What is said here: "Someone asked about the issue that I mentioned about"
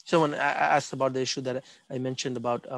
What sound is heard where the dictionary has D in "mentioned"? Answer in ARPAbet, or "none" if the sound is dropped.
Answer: D